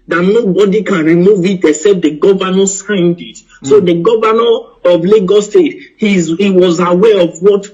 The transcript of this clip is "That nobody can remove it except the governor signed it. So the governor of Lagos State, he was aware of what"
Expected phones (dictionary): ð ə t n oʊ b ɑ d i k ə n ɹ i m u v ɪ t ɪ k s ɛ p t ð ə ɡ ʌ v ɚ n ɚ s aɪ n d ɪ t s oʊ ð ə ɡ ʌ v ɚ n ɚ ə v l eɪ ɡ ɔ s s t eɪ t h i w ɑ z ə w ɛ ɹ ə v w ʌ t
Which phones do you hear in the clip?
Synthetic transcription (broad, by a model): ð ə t n oʊ b ɑ d i k ə n ɹ i m u v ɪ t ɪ s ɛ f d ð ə ɡ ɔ v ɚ n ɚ s aɪ n d ɪ t s oʊ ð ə ɡ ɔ v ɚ n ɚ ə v l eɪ ɡ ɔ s s t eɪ t h i w ɑ z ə w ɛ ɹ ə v w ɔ t